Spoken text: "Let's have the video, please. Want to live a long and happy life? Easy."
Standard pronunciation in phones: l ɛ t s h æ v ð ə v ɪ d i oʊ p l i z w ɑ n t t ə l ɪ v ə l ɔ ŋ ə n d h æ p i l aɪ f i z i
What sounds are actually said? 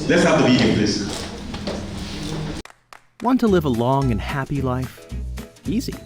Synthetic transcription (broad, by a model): l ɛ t s h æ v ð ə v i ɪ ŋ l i s w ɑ n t t ə l ɪ v ə l ɔ ŋ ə n h æ p i l aɪ f i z i